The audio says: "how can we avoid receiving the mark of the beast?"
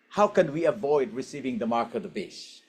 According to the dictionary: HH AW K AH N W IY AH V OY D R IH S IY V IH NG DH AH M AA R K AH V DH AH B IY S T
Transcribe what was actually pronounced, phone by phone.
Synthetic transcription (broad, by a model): HH AW K AH N W IY AH V OY D R IH S IY V IH NG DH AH M AA R K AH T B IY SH